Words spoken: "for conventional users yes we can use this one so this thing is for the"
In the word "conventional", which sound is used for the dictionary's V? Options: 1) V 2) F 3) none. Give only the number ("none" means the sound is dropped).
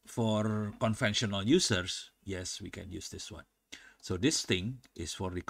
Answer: 2